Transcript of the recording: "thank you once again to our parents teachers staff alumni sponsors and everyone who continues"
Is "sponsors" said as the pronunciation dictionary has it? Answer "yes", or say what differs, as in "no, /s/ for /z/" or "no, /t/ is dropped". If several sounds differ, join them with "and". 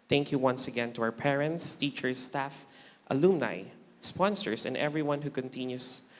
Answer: no, /s/ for /z/